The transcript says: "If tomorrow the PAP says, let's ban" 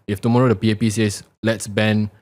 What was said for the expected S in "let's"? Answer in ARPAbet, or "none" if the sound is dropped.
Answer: S